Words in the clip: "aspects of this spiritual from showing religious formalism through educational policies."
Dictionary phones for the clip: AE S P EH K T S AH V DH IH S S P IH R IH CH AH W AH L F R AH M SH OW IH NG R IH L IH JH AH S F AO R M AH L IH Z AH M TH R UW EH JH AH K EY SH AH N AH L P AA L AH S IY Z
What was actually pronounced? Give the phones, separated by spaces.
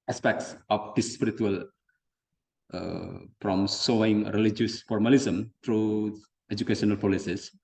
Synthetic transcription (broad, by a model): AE S P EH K T S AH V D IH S S P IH R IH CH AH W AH L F R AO M S OW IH NG R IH L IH JH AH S F AO R M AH L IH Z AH M T R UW EH JH AH K EY SH AH N AH L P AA L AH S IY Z